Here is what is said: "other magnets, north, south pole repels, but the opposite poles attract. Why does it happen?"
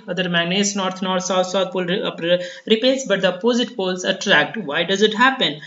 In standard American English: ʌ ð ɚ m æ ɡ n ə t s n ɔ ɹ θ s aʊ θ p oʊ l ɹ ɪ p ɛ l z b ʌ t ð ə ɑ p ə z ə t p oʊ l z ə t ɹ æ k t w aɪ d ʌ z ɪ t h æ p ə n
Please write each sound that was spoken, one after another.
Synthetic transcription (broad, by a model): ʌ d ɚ m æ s n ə t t n ɔ ɹ s s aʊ t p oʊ l ɹ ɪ p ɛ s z b ʌ t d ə p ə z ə t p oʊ l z ə t ɹ æ k t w aɪ d ʌ z ɪ t h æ p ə n